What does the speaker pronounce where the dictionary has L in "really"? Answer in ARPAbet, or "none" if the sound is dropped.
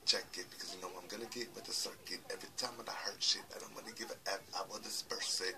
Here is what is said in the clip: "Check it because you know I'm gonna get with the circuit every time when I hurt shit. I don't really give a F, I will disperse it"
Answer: N